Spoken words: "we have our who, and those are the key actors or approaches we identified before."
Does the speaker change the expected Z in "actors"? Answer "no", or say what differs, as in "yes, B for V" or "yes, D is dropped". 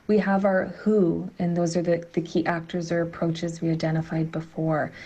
no